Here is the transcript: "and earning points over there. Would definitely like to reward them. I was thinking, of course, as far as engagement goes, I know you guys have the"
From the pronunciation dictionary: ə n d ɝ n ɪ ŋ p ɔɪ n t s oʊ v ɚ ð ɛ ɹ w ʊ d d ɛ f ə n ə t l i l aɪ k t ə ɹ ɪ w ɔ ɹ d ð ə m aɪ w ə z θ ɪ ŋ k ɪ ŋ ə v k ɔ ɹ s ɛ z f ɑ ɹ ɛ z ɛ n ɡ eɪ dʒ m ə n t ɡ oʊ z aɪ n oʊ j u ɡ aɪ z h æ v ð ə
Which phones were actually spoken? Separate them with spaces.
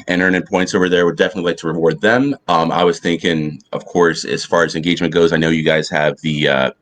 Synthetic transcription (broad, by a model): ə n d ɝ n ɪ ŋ p ɔɪ n t s oʊ v ɚ ð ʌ ɹ w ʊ d d ɛ f ə n ə t l i l aɪ k t ə ɹ ɪ w ɔ ɹ d ð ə m aɪ w ə z θ ɪ ŋ k ɪ ŋ ə v k ɔ ɹ s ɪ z f ɑ ɹ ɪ z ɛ n ɡ eɪ dʒ m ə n ɡ oʊ z aɪ n oʊ j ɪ ɡ aɪ z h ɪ v ð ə